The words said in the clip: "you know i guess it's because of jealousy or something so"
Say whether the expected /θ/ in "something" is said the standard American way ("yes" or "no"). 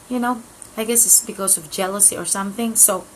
yes